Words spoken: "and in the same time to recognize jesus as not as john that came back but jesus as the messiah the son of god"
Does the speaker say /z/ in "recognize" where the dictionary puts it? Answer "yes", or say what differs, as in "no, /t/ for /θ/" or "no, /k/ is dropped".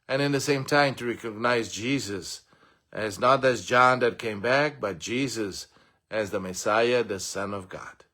yes